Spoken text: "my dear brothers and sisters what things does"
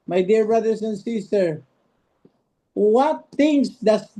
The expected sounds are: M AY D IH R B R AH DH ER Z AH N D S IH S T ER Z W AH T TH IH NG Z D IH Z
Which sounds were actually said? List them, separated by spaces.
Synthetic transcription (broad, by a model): M AY D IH R B R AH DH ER S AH N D S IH S T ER W AH T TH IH NG S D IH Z